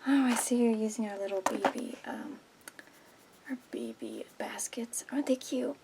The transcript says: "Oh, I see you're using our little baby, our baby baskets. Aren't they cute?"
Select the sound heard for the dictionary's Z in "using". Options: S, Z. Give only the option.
Z